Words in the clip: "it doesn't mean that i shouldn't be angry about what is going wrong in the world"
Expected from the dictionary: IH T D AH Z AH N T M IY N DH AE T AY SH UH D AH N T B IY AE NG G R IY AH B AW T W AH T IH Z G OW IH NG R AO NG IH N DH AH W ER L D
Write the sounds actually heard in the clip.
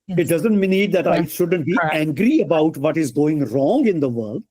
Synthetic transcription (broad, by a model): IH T D AH Z AH N T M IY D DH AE T AY SH UH D AH N T B IY AE NG G R IY AH B AW T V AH T IH Z G OW IH NG R AO NG IH N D AH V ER L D